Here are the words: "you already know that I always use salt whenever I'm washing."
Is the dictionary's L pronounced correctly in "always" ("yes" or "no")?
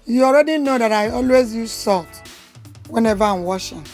yes